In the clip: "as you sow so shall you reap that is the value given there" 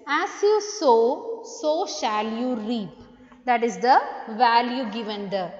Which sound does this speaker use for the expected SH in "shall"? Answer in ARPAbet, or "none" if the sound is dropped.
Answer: SH